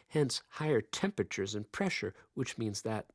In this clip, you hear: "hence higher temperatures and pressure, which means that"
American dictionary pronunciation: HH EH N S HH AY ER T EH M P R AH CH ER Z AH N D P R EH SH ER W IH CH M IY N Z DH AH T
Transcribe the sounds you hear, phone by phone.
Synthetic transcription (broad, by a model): HH EH N S HH AY ER T EH M P R AH CH ER Z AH N P R EH SH ER W IH CH M IY N Z DH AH T